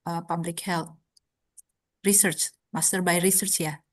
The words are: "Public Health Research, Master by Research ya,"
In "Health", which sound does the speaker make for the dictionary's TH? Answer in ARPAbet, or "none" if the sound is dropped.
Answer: T